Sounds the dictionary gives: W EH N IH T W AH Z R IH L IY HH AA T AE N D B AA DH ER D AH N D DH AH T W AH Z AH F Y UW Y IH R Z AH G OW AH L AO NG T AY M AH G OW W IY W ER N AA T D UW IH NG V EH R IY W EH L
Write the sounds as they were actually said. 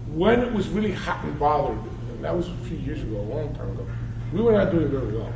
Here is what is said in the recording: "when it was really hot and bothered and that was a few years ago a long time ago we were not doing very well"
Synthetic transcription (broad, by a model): W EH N IH T W AH Z R IH L IY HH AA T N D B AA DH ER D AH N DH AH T W AH Z AH F Y UW Y IH R Z AH G OW AH L AO NG T AY M AH G OW W IY W ER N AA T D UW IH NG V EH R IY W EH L